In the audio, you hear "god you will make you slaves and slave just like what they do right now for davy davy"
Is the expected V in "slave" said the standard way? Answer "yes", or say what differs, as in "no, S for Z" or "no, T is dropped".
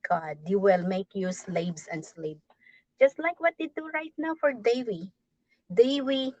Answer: no, P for V